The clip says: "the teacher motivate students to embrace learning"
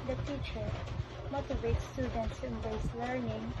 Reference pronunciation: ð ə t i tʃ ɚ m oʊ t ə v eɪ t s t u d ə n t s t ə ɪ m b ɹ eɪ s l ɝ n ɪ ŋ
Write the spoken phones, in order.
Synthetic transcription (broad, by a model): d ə t i tʃ ɚ m oʊ t ə v eɪ t s t u d ə n t s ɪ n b eɪ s l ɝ n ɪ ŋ